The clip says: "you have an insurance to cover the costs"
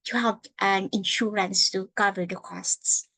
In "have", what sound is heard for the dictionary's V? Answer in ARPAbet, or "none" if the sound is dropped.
P